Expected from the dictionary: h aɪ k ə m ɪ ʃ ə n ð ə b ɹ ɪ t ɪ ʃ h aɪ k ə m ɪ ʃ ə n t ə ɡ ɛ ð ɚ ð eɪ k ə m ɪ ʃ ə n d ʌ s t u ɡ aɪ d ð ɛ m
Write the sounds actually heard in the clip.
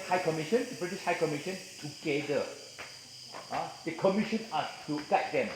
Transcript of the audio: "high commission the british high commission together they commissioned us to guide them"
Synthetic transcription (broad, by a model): h aɪ k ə m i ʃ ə n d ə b ɹ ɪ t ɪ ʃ h aɪ k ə m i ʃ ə n t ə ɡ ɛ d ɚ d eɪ k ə m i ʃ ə n ɑ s t u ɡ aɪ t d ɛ m